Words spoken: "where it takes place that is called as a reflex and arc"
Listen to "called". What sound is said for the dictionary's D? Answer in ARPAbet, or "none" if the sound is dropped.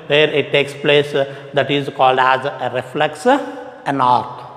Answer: D